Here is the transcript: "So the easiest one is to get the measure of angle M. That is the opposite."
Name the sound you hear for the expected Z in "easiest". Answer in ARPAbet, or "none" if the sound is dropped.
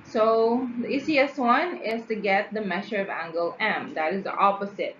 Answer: S